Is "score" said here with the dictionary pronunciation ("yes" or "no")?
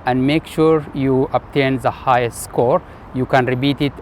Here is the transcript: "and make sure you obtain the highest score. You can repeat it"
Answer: yes